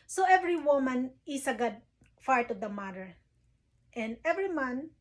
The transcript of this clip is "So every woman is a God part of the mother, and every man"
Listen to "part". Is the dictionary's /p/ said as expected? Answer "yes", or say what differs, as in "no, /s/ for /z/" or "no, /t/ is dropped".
no, /f/ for /p/